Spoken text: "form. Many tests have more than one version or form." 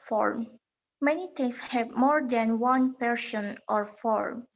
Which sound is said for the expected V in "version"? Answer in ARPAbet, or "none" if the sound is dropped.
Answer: P